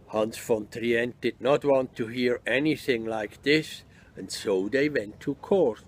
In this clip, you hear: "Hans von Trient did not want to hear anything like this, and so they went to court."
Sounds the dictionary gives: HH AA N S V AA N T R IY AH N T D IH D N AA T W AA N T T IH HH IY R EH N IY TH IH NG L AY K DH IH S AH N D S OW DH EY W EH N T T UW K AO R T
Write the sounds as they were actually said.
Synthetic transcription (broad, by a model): HH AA N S F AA N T R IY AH N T D IH D N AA T W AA N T T IH HH IY R EH N IY TH IH NG L AY K DH IH S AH N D S OW DH EY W EH N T T UW K AO R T